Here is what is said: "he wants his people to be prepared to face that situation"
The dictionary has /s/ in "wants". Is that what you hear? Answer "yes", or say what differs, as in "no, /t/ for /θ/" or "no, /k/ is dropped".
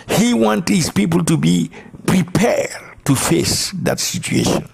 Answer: no, /s/ is dropped